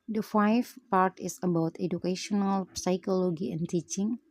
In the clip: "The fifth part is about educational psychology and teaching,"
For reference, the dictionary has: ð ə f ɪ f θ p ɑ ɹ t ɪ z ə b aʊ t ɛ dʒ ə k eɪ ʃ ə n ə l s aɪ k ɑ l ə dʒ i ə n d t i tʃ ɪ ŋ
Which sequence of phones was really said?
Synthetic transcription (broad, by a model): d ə f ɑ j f p ɑ ɹ t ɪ s ə b aʊ t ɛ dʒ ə k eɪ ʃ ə n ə l s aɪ k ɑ l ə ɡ i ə n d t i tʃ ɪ ŋ